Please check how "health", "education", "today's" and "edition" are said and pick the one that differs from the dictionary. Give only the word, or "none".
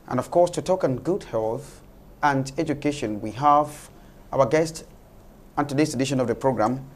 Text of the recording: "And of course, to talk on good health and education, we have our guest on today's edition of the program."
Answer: today's